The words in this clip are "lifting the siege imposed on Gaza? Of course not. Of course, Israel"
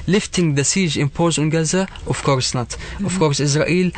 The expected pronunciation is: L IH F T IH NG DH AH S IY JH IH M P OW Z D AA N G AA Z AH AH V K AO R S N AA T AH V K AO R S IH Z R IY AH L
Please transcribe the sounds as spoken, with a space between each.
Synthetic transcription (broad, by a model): L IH F T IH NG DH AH S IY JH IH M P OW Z UH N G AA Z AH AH F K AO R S N AA T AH F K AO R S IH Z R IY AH L